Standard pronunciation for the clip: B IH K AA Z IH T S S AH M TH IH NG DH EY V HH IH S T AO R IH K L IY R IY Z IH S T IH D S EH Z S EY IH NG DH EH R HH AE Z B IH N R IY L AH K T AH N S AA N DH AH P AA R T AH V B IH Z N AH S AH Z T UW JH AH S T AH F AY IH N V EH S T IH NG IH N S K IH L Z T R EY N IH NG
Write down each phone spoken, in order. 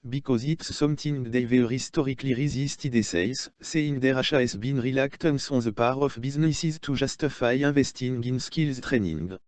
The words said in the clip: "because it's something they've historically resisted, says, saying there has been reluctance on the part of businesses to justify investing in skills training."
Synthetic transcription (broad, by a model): B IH K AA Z IH T S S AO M T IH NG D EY V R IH S T AO R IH K L IY R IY Z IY S T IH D S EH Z S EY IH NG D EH R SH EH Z B IH N R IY L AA K T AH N S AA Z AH P AA R AH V B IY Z N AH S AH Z T UW ZH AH S T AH F AY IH V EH S T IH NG IH N S K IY L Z T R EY N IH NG